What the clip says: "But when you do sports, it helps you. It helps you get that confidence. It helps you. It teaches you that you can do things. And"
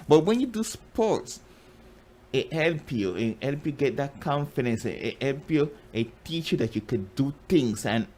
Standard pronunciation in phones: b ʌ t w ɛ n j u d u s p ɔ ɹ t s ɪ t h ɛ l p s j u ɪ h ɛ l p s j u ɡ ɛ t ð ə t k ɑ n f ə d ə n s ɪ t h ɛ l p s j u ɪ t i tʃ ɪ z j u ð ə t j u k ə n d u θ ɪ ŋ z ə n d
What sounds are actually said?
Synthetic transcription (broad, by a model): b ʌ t w ɛ n j u d u s p ɔ t s ɪ t h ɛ l p j u ɪ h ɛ l p j u ɡ ɛ t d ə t k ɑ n f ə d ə n s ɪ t h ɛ l p j u ɪ t i tʃ j u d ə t j u k ə n d u t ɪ ŋ s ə n